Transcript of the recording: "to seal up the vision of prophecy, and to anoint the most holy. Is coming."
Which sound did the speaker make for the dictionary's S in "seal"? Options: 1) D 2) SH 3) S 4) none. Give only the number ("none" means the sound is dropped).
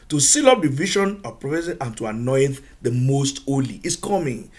3